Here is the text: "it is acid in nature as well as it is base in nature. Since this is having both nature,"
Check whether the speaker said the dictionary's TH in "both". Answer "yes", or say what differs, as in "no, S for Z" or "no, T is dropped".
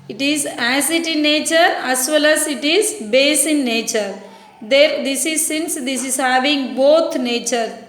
no, T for TH